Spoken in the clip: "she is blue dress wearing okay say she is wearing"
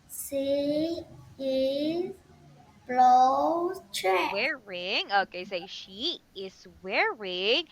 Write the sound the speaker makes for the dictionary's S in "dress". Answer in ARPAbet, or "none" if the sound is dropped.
none